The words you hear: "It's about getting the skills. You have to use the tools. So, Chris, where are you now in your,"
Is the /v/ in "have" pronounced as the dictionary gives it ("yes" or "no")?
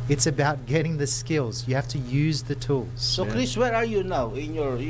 no